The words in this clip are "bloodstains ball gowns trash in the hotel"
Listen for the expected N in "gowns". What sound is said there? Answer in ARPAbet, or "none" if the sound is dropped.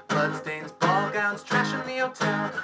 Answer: N